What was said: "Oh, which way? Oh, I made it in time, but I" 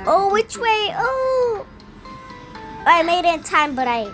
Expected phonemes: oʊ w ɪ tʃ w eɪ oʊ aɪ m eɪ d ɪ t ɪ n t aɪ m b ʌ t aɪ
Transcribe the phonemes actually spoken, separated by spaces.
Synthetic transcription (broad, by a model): oʊ w ɪ tʃ w eɪ oʊ aɪ m eɪ ɪ t ɪ n t aɪ m b ʌ t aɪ